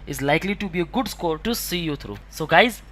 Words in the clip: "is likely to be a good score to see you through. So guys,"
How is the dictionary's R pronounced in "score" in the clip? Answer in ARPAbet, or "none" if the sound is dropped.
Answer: R